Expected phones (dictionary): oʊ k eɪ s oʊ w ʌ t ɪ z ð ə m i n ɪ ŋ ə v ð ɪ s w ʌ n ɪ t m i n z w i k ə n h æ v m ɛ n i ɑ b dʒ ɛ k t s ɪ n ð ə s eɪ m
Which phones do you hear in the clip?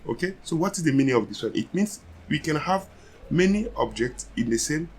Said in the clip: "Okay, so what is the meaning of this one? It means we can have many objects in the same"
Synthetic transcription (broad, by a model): oʊ k eɪ s oʊ w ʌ t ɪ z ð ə m i n ɪ ŋ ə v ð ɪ s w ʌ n ɪ t m i n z w i k ə n h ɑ v m ɛ n i ɑ b dʒ ɛ k t s ɪ n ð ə s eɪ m